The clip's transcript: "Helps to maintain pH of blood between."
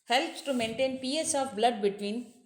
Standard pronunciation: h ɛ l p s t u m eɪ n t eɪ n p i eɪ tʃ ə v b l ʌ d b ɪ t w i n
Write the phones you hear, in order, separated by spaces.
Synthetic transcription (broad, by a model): h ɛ l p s t u m eɪ n t eɪ n p i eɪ s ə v b l ʌ d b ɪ t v i n